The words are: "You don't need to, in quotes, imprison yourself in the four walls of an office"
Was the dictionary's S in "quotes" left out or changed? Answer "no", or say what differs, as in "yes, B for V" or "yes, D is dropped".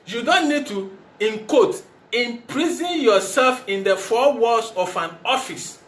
yes, S is dropped